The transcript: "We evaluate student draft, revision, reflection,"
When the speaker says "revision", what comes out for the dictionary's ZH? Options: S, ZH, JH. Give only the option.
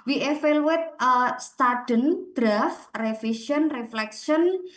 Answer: S